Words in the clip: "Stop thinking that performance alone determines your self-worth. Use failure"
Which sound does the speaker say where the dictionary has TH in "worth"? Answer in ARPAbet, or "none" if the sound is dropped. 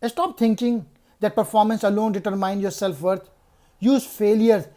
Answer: T